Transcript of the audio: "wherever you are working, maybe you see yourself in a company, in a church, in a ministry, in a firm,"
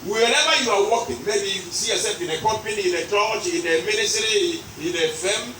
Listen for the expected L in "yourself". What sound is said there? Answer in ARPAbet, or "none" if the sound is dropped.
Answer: none